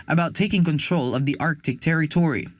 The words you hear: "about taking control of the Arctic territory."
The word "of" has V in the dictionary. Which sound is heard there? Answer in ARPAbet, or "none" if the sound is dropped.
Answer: V